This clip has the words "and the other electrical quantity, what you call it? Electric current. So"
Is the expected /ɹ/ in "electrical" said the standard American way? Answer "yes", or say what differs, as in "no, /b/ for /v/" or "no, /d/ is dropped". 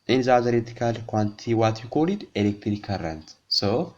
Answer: no, /ɹ/ is dropped